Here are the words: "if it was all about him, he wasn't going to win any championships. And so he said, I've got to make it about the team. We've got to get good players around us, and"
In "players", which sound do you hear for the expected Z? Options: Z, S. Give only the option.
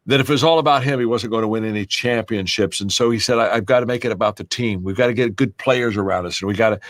Z